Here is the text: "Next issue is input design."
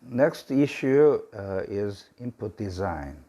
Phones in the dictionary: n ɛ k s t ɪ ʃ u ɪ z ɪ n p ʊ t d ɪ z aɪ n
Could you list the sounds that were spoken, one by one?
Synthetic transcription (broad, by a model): n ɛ k s t ɪ ʃ u ɪ z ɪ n p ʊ t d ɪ z aɪ n